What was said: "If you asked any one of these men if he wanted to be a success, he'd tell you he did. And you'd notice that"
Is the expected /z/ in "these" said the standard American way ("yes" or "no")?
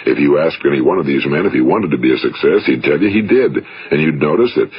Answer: yes